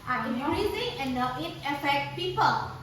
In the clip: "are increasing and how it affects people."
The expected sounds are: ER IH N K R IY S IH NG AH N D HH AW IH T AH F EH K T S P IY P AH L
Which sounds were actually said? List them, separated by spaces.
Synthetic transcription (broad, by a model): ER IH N R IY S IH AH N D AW IH T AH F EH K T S P IY P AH L